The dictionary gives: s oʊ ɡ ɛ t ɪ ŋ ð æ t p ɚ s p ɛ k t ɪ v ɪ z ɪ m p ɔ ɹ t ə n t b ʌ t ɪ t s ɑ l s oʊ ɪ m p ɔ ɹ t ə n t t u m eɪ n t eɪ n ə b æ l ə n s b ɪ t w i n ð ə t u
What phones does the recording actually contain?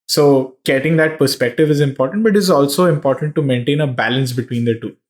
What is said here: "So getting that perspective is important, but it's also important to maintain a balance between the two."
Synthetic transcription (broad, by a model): s oʊ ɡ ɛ t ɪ ŋ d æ t p ɚ s p ɛ k t ɪ v ɪ z ɪ m p ɔ ɹ t ə n t b ʌ t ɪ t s ɑ l s oʊ ɪ m p ɔ ɹ t ə n t t u m eɪ n t eɪ n ə b æ l ə n s b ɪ t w i n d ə t u